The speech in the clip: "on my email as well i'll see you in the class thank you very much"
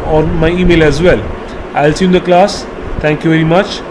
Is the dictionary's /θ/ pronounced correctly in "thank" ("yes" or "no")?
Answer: no